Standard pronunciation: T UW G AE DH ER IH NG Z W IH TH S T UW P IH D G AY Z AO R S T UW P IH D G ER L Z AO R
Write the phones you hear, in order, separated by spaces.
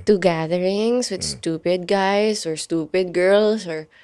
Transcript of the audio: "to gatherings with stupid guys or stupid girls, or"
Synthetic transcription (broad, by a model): T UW G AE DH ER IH NG S W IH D S T UW P IH D G AY S AO R S T UW P IH D G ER L S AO R